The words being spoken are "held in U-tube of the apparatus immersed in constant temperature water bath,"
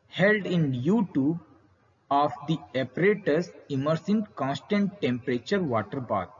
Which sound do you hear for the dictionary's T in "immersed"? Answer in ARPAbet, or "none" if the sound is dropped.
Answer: none